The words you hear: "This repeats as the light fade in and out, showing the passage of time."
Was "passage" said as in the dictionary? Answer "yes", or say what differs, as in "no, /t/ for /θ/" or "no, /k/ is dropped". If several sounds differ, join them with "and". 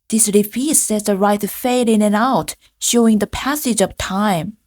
yes